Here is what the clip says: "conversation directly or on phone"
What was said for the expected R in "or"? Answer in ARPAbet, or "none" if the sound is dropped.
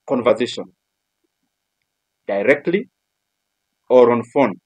R